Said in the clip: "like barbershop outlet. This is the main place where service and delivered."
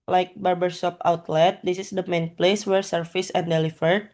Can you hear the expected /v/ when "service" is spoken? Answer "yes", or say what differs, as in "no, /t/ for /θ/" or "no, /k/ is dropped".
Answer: no, /f/ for /v/